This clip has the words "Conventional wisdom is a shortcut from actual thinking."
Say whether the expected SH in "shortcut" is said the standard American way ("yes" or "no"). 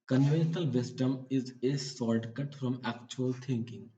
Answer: no